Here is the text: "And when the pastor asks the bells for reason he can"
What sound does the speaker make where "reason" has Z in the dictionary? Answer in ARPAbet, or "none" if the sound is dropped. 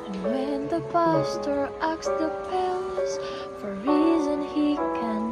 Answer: Z